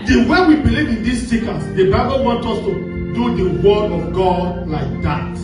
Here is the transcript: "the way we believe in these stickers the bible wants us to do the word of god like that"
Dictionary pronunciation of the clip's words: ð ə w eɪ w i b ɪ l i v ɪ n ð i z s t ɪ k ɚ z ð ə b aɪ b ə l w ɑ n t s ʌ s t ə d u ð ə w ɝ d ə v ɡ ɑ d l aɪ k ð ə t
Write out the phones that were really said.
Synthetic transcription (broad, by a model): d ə w eɪ w i b ɪ l i v ɪ n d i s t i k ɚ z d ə b aɪ b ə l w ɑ n t ɔ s t ə d u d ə w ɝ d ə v ɡ ɑ d l aɪ k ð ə t